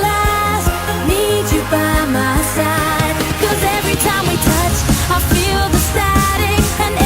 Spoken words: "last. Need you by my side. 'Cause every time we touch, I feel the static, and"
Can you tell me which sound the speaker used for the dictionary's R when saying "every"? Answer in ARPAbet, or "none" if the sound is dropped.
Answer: R